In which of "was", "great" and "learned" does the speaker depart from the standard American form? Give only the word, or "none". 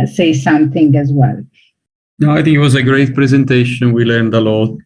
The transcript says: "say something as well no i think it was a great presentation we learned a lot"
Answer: none